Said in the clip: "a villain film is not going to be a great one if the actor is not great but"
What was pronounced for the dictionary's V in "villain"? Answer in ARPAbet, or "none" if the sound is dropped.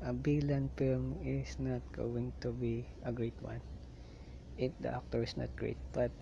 B